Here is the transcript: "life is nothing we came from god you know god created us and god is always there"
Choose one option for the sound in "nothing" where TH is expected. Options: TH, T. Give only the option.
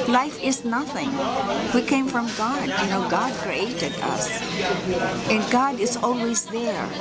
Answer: TH